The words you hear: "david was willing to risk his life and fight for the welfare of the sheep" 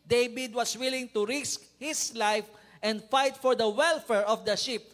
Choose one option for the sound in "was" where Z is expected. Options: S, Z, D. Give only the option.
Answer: S